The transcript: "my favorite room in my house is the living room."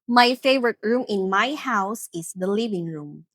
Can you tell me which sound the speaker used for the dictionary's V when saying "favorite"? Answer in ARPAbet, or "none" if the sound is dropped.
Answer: V